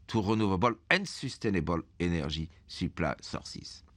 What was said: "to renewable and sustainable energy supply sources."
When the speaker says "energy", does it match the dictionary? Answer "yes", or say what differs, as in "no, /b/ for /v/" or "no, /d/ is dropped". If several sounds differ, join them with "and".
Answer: no, /ʒ/ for /dʒ/